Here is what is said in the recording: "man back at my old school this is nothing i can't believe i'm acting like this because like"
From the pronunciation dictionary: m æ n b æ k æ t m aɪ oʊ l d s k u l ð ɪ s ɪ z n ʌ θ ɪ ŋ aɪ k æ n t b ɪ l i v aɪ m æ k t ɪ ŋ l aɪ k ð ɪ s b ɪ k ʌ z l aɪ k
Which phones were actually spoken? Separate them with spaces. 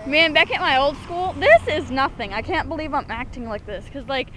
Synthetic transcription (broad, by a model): m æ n b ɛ k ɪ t m aɪ oʊ l d s k u l ð ɪ s ɪ z n ʌ θ ɪ ŋ aɪ k æ n b ɪ l i v aɪ m æ k t ɪ ŋ l aɪ k ð ɪ s k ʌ z l aɪ k